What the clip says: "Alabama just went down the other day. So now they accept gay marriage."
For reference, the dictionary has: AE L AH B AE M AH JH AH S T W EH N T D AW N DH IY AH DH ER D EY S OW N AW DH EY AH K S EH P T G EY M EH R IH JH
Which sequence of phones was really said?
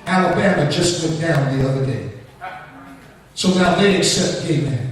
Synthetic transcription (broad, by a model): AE L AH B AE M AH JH AH S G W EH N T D AW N DH IY AH DH ER D EY S OW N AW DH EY AH K S EH P T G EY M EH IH